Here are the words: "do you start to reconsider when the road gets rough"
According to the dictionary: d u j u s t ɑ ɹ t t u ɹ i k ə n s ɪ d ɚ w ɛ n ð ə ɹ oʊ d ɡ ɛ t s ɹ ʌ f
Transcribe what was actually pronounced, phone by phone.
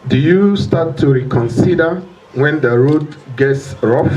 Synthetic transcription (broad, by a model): d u j u s t ɑ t t u ɹ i k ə n s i d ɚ w ɛ n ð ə ɹ oʊ d ɡ ɛ t s ɹ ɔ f